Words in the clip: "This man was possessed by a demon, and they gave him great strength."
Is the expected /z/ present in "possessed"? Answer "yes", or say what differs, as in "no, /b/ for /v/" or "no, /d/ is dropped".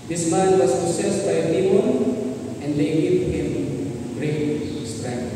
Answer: no, /s/ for /z/